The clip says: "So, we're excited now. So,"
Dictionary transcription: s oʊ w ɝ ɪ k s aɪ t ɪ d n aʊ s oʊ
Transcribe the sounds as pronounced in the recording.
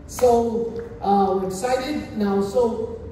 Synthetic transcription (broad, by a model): s oʊ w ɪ s aɪ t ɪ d n aʊ s oʊ